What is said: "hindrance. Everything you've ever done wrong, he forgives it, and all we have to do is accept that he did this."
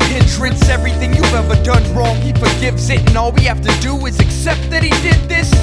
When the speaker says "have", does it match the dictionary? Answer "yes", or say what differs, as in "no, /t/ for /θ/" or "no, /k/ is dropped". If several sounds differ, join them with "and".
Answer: no, /f/ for /v/